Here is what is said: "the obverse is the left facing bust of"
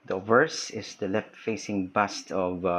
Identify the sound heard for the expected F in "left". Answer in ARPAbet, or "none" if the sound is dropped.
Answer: F